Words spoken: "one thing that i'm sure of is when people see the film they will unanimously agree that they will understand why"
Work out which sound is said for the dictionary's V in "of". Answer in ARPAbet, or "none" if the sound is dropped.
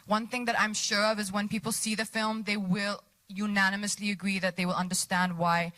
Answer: V